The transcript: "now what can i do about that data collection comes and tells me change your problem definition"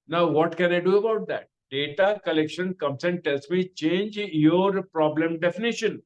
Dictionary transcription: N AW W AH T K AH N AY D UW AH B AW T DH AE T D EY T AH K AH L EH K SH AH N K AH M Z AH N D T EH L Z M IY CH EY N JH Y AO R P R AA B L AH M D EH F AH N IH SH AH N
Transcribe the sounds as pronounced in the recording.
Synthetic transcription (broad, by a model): N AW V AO T K AH N AY D UW AH B AW T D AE T D EY T AH K AH L EH K SH AH N K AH M S AH N D T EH L S M IY CH EY N JH Y AO R P R AA B L AH M D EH F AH N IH SH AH N